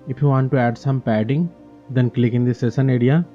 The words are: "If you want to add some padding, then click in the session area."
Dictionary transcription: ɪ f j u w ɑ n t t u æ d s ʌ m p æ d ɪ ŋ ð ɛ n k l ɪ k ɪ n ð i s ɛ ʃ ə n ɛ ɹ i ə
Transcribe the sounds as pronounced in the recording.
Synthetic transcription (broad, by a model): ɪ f j u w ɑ n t t u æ d s ʌ m p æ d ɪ ŋ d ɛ n k l ɪ k ɪ n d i s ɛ s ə n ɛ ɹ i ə